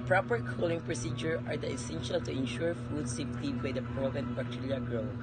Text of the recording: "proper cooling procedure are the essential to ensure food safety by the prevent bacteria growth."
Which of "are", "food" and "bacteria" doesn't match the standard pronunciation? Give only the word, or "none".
bacteria